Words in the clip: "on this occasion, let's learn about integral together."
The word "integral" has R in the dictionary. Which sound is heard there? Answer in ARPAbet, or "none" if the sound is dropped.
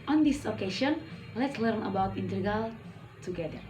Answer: none